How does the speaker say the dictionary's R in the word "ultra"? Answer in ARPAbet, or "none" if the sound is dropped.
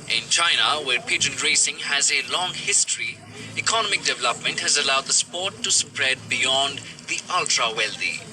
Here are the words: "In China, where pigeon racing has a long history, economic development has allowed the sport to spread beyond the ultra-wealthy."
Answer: R